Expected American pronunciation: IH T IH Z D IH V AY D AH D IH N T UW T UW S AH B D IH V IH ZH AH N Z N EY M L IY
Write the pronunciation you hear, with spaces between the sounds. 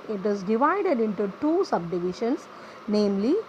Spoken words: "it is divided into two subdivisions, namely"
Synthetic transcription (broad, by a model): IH T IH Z D IH V AY D AH D IH N T UW T UW S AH B D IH V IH SH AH N S N EY M L IY